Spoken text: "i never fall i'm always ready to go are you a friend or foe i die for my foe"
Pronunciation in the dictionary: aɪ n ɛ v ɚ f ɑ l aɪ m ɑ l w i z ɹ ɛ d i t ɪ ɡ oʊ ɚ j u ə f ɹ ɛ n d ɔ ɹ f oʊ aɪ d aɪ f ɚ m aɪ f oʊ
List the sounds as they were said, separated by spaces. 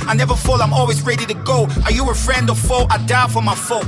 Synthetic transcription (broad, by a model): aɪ n ɛ v ɚ f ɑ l aɪ m ɑ l w i z ɹ ɛ d i t ɪ ɡ oʊ ɚ j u ə f ɹ ɛ n d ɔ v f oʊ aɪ d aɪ f ɚ m aɪ f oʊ